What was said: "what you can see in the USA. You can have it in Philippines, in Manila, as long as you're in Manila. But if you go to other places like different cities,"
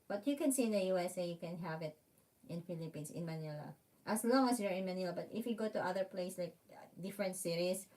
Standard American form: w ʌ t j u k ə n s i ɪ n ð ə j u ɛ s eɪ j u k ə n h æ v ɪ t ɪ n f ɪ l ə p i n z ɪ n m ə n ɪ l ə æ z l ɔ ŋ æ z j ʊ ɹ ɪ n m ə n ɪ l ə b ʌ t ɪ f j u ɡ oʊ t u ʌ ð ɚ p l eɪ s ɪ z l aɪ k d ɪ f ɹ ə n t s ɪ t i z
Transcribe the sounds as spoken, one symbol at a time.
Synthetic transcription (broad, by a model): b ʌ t j u k ə n s i ɪ n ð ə j u ɛ s eɪ j u k ə n h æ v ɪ t ɪ n f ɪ l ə p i n s ɪ n m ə n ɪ l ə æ s l ɔ ŋ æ s j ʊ ɹ ɪ n m ə n ɪ l ə b ʌ t ɪ f j u ɡ oʊ t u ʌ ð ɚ p l eɪ ɪ s l aɪ k d ɪ f ɹ ə n t s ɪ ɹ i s